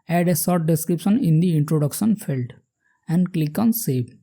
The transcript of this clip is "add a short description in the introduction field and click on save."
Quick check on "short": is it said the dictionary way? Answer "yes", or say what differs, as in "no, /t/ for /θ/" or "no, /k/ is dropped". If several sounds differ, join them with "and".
no, /s/ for /ʃ/